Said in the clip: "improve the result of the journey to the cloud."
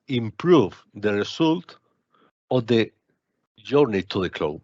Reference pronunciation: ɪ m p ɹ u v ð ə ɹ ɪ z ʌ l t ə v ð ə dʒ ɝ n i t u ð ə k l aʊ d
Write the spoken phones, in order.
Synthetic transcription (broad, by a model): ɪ m p ɹ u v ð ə ɹ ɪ s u l t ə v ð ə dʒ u n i t u ð ə k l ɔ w